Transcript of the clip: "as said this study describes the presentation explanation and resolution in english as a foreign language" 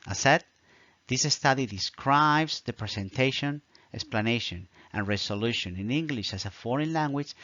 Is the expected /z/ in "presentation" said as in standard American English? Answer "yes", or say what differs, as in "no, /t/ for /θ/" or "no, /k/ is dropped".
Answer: no, /s/ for /z/